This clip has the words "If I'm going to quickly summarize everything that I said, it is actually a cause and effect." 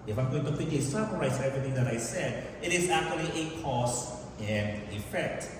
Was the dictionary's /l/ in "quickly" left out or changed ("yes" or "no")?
yes